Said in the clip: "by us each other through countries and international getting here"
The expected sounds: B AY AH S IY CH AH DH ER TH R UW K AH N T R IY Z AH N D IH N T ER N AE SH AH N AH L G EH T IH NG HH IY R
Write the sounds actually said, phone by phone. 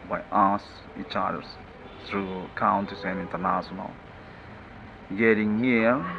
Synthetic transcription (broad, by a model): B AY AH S IY CH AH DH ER TH R UW K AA N T IY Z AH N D IH N T ER N AE SH AH N AH L G EH T IH NG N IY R